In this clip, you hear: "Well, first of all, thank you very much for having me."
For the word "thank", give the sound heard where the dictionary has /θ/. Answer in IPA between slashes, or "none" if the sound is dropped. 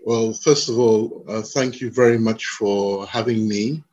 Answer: /θ/